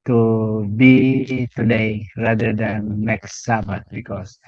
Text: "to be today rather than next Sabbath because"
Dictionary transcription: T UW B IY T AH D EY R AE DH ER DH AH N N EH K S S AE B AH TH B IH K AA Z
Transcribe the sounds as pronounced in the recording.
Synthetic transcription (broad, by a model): T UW B IY T AH D EY R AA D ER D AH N N EH K S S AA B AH T B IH K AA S